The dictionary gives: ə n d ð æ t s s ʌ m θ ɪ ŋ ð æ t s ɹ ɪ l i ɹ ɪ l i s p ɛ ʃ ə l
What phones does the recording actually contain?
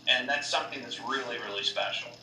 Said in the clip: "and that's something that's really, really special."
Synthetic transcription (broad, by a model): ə n ð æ t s s ʌ m θ ɪ ŋ ð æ t s ɹ ɪ l i ɹ ɪ l i s p ɛ ʃ l